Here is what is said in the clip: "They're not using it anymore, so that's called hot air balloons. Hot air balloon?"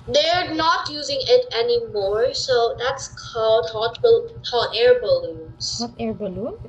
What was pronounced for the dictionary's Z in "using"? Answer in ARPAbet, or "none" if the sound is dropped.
Z